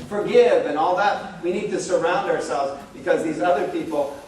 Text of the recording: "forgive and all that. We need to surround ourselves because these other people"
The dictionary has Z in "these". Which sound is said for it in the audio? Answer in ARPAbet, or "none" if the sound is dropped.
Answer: Z